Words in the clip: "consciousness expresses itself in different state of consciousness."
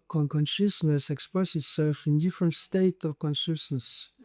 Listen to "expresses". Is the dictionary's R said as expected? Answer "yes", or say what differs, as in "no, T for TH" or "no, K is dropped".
no, R is dropped